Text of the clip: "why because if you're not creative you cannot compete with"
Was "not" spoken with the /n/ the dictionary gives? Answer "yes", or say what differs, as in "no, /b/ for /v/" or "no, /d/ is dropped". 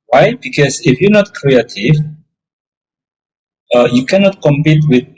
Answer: yes